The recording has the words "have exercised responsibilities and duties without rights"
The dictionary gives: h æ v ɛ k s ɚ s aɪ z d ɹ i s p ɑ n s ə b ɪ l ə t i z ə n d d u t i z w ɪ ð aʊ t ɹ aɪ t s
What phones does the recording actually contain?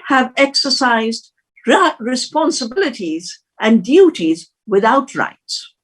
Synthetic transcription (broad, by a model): h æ v ɛ k s ɚ s aɪ z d ɹ i s p ɑ n s ə b ɪ l ə t i z ə n d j u t i z w ɪ ð aʊ t ɹ aɪ t s